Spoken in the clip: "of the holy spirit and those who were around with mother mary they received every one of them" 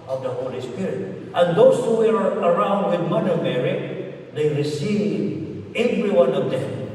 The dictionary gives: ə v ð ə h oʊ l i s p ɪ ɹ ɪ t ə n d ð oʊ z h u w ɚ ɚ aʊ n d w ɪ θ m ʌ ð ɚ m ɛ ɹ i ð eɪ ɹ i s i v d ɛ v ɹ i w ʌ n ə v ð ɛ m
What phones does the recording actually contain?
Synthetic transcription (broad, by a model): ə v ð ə h oʊ l i s p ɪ ɹ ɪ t ə n d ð oʊ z h u w ɚ ɚ aʊ n d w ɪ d m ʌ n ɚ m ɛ ɹ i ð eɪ ɹ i s i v ɛ v ɹ i w ʌ n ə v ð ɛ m